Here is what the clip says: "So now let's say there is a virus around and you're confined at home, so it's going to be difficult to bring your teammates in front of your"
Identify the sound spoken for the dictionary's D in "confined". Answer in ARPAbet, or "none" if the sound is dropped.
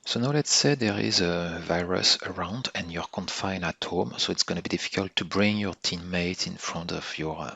none